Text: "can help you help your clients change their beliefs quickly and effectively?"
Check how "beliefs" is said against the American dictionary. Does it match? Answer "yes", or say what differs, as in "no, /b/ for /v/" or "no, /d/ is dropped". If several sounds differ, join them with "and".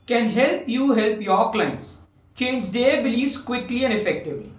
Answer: no, /f/ is dropped